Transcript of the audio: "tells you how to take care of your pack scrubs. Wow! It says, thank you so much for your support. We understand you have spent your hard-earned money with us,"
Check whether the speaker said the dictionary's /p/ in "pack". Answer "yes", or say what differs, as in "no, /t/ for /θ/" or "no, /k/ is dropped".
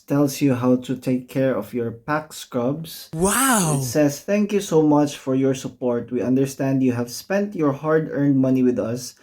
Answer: yes